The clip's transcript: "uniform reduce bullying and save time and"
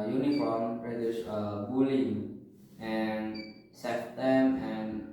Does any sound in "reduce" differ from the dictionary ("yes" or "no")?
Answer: yes